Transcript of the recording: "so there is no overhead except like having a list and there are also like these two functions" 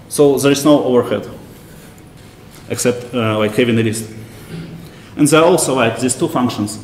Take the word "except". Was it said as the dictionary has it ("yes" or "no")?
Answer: yes